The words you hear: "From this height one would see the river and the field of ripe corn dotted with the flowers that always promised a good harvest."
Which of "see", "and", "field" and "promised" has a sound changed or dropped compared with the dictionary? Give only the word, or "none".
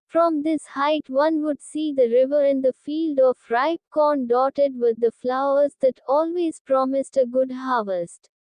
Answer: none